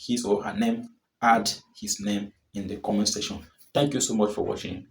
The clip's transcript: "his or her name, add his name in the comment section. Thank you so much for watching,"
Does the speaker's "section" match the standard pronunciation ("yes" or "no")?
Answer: no